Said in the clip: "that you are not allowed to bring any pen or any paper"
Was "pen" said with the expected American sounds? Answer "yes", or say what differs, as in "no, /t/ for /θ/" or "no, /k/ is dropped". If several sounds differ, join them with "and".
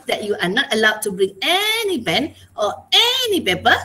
no, /b/ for /p/